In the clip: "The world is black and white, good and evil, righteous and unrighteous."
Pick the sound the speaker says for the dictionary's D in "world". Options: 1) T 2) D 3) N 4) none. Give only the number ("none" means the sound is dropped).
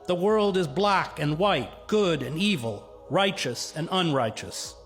2